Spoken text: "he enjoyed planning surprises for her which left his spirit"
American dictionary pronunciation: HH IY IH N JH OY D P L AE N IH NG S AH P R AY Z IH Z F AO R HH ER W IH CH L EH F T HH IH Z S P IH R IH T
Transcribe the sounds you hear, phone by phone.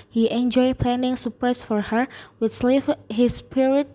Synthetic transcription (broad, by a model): HH IY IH N JH OY P L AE N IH NG S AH P R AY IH S F AO R HH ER W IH S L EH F HH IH S P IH R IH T